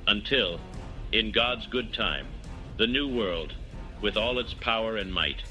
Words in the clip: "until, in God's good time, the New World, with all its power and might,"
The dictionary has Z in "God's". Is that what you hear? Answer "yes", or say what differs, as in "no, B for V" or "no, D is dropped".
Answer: yes